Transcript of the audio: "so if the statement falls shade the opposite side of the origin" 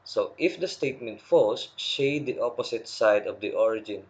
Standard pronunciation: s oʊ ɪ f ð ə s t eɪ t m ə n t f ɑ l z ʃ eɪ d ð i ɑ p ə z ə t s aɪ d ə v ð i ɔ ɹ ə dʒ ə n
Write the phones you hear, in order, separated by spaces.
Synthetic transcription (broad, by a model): s oʊ ɪ f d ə s t eɪ t m ə n t f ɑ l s ʃ eɪ d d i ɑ p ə s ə t s aɪ d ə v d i ɔ ɹ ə dʒ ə n